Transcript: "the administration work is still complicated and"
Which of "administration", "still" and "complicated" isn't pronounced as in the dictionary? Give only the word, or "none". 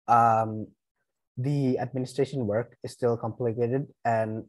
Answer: none